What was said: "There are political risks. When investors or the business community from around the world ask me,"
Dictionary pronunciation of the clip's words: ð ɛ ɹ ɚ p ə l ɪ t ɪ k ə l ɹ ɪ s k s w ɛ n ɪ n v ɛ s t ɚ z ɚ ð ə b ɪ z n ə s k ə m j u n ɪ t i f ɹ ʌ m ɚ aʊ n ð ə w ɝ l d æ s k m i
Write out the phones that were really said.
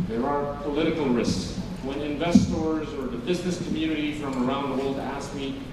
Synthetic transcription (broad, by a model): ð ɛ ɹ ɚ p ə l ɪ t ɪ k l ɹ ɪ s k s w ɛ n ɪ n v ɛ s t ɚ z ɚ ð ə b ɪ z n ə s k ə m j u n ɪ t i f ɹ ʌ m ɚ aʊ n ð ə w ɝ l d æ s k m i